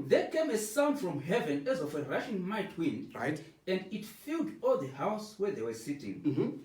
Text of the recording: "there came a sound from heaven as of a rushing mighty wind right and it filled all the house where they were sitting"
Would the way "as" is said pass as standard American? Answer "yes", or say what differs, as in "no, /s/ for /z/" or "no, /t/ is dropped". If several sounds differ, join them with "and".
yes